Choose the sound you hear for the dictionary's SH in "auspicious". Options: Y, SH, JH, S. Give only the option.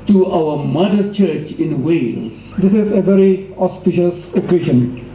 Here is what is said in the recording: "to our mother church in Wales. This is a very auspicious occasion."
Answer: SH